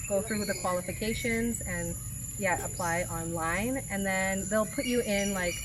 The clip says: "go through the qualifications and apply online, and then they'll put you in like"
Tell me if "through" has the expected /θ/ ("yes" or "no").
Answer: yes